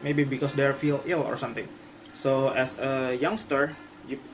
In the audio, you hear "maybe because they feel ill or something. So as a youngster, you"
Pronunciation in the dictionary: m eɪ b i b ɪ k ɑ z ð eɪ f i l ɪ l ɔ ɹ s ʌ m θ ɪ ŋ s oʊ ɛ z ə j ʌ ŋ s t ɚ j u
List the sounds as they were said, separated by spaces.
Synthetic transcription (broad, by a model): m eɪ b i b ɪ k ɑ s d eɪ f i l ɪ l ɔ ɹ s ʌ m t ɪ ŋ s oʊ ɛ s ə j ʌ ŋ s t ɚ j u